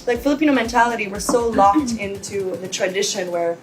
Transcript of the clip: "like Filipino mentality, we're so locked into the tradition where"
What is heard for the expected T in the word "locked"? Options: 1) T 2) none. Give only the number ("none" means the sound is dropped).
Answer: 1